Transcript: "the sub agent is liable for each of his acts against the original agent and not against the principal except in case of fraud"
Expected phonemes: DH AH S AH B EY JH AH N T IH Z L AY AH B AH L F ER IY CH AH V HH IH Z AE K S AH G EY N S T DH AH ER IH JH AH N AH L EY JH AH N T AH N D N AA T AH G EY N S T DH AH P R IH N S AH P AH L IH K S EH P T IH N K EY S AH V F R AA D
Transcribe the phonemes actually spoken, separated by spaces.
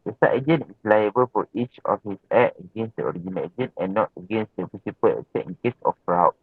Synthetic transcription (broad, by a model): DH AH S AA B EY JH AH N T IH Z L AY AH B AH L F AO IY CH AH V HH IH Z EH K AH G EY N S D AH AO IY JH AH N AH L EY JH AH N T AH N N AA T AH G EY N S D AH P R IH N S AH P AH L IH S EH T IH N K EY S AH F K R AA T